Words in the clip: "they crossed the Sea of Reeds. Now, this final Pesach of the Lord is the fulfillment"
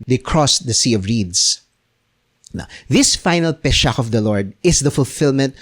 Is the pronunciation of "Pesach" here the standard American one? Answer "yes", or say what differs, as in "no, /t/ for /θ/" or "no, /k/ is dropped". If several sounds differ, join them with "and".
no, /ʃ/ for /s/